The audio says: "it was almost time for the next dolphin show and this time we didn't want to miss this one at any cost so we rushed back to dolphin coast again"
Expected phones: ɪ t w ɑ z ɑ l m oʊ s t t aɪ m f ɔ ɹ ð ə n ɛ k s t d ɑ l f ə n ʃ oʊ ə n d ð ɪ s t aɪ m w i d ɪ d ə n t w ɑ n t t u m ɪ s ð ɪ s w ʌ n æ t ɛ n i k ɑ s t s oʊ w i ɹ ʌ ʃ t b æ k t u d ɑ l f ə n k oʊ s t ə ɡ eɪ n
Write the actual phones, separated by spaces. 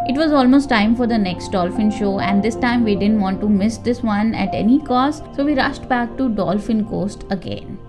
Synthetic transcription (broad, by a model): ɪ t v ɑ z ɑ l m oʊ s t t aɪ m f ɔ ɹ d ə n ɛ k s t d ɑ l f ə n ʃ oʊ ə n d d ɪ s t aɪ m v i d ɪ d ə n t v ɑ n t t u m ɪ s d ɪ s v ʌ n æ t ɛ n i k ɑ s t s oʊ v i ɹ ʌ ʃ t b æ k t u d ɑ l f ə n k oʊ s t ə ɡ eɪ n